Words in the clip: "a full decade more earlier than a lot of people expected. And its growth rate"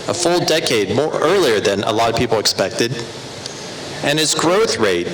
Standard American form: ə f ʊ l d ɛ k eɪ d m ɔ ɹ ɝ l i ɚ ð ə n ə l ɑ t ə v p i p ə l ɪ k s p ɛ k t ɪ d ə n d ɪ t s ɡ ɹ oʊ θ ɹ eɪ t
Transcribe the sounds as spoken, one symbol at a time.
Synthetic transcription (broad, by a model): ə f ʊ l d ɛ k eɪ d m ɔ ɹ ɝ l i ɚ ð ə n ə l ɑ t ə v p i p l ɪ k s p ɛ k t ɪ d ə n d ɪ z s ɡ ɹ oʊ θ ɹ eɪ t